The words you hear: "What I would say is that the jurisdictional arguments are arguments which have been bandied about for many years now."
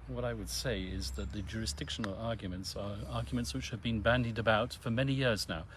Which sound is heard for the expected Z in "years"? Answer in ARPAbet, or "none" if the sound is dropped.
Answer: Z